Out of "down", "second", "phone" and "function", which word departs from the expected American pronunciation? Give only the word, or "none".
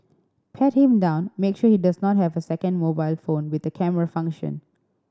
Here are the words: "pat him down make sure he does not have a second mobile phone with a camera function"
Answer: none